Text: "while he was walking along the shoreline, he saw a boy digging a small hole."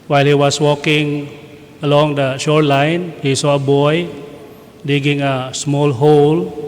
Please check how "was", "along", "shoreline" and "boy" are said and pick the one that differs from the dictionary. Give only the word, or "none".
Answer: was